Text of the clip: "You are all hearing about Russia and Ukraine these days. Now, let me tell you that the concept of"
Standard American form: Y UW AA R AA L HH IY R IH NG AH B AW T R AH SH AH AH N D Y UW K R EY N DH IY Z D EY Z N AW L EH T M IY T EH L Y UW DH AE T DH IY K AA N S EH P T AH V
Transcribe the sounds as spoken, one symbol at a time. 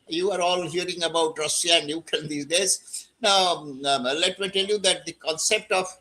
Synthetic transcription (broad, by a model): Y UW AA R AA L HH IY R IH NG AH B AW T R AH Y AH AH N D Y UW K EY N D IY D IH S N AW L EH T M IY T EH L Y UW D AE T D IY K AA N S EH P T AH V